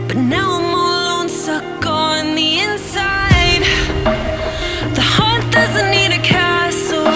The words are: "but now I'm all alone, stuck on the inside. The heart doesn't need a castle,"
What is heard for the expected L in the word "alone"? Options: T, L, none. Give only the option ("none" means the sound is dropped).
none